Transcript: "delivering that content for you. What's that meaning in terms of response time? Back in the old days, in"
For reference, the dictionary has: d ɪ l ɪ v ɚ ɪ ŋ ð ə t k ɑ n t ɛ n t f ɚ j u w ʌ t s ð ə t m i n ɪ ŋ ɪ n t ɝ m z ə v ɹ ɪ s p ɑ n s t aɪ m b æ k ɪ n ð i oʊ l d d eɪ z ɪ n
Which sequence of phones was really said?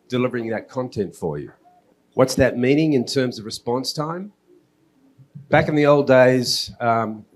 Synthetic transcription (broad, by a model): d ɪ l ɪ v ɚ ɪ ŋ ð ə t k ɑ n t ɛ n t f ɚ j u w ʌ t s ð ə t m i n ɪ ŋ ɪ n t ɝ m z ə v ɹ ɪ s p ɑ n s t aɪ m b æ k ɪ n ð i oʊ l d d eɪ ɪ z